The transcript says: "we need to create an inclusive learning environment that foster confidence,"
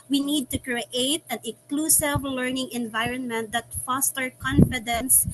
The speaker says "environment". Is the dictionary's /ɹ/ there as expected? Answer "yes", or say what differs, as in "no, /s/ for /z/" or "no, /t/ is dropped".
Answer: yes